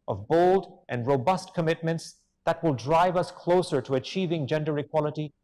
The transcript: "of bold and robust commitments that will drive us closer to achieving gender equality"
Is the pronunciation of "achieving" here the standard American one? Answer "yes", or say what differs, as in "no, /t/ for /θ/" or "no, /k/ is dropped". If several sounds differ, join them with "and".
yes